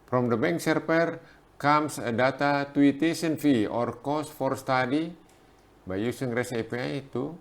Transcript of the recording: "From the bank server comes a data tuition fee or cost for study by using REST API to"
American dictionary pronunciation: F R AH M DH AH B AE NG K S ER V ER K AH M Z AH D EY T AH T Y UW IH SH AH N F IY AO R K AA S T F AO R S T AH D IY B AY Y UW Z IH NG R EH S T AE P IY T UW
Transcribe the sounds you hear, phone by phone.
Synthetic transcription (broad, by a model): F R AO M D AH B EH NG K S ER P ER K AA M S AH D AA T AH T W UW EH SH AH N F IY AO R K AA S F AO R S T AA D IY B AY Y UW S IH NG R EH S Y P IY T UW